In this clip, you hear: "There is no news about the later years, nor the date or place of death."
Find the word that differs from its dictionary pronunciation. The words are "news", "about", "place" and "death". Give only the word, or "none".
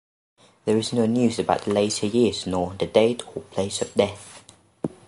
none